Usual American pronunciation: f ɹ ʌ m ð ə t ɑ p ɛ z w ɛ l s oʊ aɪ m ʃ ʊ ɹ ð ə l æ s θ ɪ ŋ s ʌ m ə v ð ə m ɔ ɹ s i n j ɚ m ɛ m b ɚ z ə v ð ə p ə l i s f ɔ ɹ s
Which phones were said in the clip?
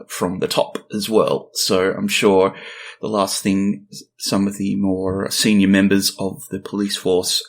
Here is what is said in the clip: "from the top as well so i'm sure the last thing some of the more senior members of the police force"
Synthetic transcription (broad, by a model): f ɹ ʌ m ð ə t ɑ p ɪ z w ɛ l s oʊ aɪ m ʃ ʊ ɹ ð ə l æ s θ ɪ ŋ s ʌ m ə v ð ə m ɔ ɹ s i n j ɚ m ɛ m b ɚ z ə v ð ə p ə l i s f ɔ ɹ s